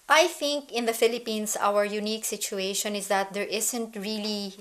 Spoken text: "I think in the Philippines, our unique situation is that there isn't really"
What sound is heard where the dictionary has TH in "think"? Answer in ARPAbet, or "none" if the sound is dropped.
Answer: TH